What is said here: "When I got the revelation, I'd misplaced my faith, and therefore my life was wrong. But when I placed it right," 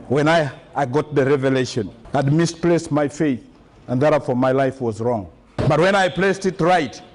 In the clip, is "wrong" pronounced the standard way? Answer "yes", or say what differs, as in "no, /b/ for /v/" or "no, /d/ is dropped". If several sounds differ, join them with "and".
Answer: yes